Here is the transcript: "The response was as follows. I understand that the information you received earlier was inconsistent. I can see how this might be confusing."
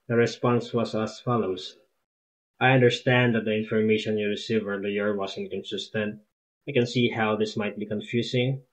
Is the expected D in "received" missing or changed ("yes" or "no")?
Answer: yes